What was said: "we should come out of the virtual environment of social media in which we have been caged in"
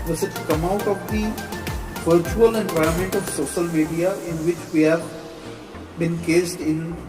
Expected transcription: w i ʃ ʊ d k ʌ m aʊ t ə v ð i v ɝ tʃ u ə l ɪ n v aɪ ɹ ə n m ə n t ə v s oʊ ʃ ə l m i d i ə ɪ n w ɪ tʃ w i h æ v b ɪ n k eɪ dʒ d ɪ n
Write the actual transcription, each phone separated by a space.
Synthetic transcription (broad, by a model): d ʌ s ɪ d k ʌ m aʊ t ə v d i v ɝ tʃ u ə l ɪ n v aɪ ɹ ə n m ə n t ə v s oʊ ʃ ə l m i d i ə ɪ n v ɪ tʃ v i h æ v b ɪ n k eɪ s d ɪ n